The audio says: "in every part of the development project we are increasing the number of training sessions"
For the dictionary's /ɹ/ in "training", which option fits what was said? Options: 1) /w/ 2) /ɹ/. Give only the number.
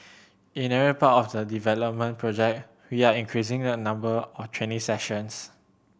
1